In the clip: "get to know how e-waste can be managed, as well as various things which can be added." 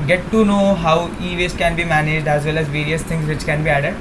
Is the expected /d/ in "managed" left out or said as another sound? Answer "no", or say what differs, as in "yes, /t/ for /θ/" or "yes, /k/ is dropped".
no